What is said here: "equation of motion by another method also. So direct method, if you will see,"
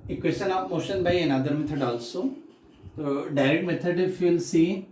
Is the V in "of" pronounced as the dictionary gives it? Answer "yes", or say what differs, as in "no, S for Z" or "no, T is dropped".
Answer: no, P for V